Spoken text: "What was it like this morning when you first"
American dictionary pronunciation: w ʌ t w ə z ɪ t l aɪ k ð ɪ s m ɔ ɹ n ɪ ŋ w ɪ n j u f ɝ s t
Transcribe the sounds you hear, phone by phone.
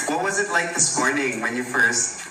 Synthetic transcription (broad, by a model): w ʌ t w ə z ɪ t l aɪ k ð ɪ s m ɔ ɹ n ɪ ŋ w ɪ n j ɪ f ɝ s t